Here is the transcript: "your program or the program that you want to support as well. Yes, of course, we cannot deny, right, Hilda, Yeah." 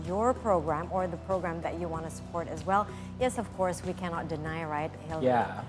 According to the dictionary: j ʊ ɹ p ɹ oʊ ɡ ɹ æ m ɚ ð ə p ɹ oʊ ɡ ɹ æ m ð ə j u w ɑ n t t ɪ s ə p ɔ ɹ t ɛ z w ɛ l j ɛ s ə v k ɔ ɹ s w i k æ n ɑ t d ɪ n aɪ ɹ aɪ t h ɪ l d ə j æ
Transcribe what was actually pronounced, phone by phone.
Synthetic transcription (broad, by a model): j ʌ ɹ p ɹ oʊ ɡ ɹ æ m ɚ ð ə p ɹ oʊ ɡ ɹ æ m ð ə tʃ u w ɑ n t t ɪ s ə p ɔ ɹ t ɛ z w ɛ l j ɛ s ə v k ɔ ɹ s w i k æ n ɑ t d ɪ n aɪ ɹ aɪ t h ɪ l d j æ